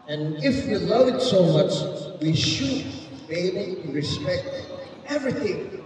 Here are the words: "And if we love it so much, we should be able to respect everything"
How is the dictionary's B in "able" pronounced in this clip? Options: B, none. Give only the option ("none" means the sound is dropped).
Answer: none